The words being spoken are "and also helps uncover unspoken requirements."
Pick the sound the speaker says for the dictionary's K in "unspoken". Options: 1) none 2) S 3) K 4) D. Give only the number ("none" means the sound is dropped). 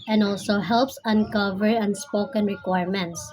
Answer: 3